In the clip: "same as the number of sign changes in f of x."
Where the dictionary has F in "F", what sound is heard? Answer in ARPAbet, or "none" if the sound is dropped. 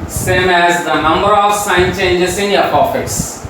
P